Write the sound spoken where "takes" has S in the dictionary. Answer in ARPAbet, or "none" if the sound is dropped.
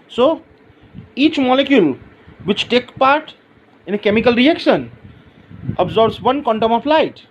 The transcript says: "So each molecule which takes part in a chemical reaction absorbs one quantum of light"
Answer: none